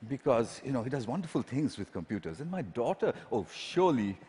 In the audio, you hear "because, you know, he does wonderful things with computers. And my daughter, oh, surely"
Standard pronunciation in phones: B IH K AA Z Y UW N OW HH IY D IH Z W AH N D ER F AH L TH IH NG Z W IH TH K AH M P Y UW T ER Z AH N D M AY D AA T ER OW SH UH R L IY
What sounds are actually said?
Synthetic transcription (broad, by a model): B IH K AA Z Y UW N OW HH IY D IH Z W AH N D ER F AH L T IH NG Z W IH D K AH M P Y UW T ER Z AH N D M AY D AA T ER OW SH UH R L IY